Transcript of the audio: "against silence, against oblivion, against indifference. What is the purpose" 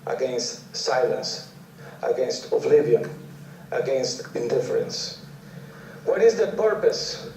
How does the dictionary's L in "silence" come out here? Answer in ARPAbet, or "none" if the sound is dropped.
L